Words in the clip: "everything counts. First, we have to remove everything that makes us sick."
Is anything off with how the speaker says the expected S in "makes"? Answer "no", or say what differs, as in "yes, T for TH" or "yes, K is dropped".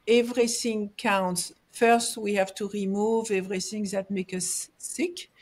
yes, S is dropped